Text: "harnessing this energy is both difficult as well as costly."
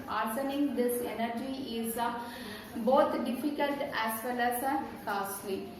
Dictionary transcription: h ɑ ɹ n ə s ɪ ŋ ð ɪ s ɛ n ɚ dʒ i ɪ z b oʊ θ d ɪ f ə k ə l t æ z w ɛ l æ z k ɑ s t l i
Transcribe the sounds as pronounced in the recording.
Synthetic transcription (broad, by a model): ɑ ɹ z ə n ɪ ŋ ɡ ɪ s ɛ n ɚ dʒ i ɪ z b oʊ t d ɪ f ə k ə l t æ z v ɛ l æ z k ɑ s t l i